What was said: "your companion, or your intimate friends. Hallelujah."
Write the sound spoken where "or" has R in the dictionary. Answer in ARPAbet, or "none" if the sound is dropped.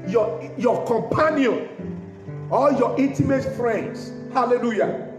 L